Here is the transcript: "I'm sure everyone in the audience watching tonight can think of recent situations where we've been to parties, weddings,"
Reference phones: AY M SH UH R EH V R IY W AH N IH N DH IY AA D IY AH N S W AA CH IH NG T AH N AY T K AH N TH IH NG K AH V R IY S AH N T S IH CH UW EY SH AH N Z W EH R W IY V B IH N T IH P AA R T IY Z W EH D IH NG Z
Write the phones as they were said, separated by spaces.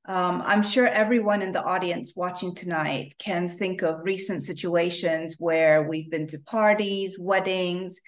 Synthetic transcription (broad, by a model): AY M SH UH R EH V R IY W AH N IH N DH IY AA D IY AH N S W AA CH IH NG T AH N AY T K AH N TH IH NG K AH V R IY S AH N T S IH CH UW EY SH AH N Z W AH R W IY V B IH N T IH P AA R T IY Z W EH D IH NG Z